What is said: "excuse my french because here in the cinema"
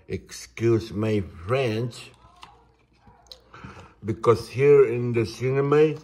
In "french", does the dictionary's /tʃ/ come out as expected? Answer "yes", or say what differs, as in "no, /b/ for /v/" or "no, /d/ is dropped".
no, /s/ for /tʃ/